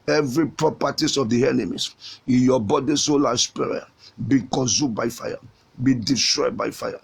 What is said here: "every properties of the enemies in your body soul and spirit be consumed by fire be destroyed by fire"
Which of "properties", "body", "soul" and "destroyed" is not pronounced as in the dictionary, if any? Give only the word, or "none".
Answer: properties